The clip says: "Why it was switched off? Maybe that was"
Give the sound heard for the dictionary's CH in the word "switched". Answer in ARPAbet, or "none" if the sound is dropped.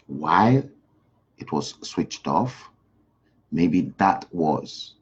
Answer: CH